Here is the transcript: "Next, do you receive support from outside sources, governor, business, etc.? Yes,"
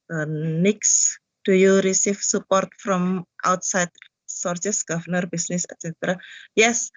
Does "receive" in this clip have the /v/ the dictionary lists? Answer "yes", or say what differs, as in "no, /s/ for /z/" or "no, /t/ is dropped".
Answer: no, /f/ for /v/